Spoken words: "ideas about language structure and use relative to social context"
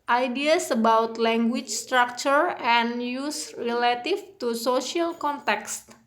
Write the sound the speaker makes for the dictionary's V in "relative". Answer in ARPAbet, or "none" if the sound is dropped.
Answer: F